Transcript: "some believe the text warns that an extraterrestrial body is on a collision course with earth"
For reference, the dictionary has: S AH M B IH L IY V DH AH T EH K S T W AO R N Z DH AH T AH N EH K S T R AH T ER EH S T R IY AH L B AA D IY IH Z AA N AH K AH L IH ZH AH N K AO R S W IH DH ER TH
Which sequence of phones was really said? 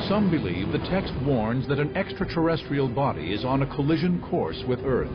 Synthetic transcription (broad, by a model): S AH M B IH L IY V DH AH T EH K S T W AO R N Z DH AH T AH N EH K S T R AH T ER EH S T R IY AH L B AA D IY IH Z N AH K AH L IH ZH AH N K AO R S W IH DH ER TH